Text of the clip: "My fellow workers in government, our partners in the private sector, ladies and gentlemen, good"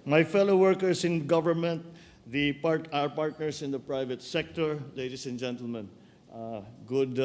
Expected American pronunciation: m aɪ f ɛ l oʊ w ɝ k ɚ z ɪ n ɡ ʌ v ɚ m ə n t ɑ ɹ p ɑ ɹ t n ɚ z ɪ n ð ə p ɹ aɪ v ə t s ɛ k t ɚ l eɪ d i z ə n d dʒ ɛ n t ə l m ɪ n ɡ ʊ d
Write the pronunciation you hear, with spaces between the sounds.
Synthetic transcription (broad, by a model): m aɪ f ɛ l oʊ w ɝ k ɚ s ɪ n ɡ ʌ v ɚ m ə n t ɑ ɹ p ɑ ɹ t n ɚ s ɪ n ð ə p ɹ aɪ v ə t s ɛ k t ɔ l eɪ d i s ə n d dʒ ɛ n t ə l m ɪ n ɡ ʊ d